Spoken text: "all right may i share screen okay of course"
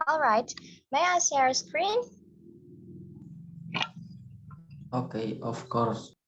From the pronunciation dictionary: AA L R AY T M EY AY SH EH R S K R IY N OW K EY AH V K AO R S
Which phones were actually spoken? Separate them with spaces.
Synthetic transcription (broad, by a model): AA L R AY T M EY AY S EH R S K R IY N OW K EY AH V K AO R S